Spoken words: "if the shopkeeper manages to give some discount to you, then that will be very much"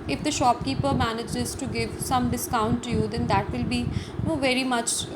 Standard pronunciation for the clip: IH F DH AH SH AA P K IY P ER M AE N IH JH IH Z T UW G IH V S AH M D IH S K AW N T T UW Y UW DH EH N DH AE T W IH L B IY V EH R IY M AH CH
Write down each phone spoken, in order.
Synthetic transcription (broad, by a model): IH F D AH SH AA P K IY P ER M AE N IH JH IH Z T UW G IH V S AH M D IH S K AW N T T UW Y UW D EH N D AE T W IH L B IY V EH R IY M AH CH